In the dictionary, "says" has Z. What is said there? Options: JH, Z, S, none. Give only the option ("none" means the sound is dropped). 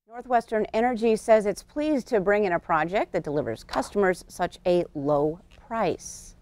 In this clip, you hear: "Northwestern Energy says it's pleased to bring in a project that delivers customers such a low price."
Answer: Z